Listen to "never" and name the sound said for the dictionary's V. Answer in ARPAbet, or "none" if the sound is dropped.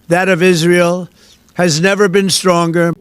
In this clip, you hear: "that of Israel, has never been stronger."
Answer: V